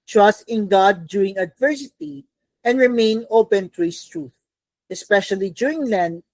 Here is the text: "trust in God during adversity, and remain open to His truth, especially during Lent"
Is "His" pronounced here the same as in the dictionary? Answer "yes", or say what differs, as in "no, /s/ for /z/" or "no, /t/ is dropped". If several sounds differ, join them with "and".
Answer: no, /s/ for /z/